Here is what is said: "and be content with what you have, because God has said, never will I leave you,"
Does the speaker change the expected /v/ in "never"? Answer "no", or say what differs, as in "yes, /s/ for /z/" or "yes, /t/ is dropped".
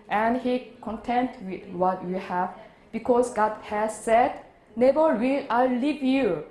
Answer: yes, /b/ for /v/